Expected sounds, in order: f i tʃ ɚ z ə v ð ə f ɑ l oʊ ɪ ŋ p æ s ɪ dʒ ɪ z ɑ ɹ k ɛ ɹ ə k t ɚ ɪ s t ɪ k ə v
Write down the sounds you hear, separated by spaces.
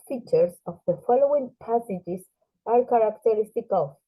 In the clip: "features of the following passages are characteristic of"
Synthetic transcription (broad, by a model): f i tʃ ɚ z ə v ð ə f ɑ l oʊ ɪ ŋ p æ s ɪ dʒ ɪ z ɑ ɹ k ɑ ɹ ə k t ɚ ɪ s t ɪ k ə